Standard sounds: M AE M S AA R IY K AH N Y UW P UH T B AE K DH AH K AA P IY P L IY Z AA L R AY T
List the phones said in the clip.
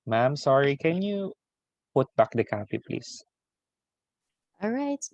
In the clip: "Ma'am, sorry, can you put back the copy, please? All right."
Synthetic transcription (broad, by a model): M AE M S AA R IY K AH N Y UW P UH T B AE K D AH K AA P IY P L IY S AA L R AY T